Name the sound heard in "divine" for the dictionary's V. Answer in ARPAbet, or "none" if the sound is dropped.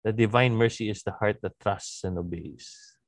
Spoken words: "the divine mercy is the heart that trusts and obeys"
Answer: V